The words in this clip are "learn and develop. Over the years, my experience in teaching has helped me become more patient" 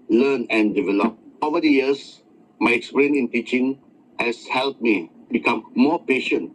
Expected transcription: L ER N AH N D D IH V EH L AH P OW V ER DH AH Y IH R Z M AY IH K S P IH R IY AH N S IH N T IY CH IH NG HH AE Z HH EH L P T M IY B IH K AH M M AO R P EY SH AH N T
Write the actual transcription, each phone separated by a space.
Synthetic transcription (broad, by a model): L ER N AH N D D IH V EH L AH P OW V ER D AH Y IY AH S M AY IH K S P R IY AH N IH N T IY CH IH NG HH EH S HH EH L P M IY B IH K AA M M AO P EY SH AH N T